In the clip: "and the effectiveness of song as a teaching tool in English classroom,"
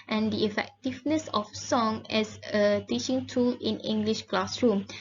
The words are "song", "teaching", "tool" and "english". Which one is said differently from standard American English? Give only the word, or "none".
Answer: none